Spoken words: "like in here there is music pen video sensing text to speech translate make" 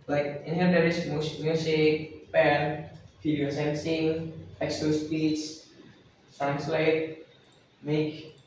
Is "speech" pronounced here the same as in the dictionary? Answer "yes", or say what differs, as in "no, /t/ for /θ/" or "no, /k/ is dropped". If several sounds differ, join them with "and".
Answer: no, /s/ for /tʃ/